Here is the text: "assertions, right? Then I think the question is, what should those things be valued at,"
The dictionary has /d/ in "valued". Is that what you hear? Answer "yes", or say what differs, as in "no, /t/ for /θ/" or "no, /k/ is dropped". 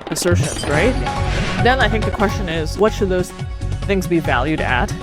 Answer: yes